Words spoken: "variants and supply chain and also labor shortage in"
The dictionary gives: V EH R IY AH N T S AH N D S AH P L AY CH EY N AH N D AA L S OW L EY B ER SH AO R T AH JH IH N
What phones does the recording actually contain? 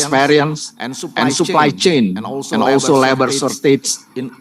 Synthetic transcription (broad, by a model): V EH R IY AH N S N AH N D S AH P L AY CH EY N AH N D AA L S OW L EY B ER S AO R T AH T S